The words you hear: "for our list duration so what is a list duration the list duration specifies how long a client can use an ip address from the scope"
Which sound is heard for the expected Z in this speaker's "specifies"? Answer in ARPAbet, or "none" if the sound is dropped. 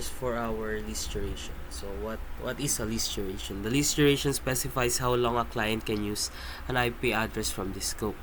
S